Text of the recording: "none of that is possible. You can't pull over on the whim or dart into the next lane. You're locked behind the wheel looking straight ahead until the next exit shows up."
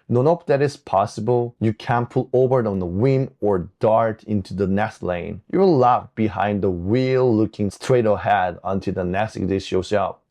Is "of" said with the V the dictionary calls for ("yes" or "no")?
no